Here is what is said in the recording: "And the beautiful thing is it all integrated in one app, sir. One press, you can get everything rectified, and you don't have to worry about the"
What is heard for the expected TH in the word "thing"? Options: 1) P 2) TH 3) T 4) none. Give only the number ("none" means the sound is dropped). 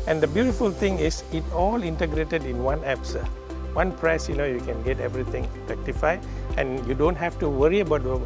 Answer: 3